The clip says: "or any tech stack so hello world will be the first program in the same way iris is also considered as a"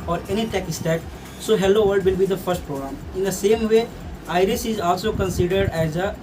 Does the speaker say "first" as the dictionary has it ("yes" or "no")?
yes